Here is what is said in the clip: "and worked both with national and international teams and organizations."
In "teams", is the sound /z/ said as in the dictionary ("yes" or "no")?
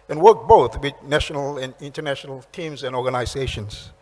yes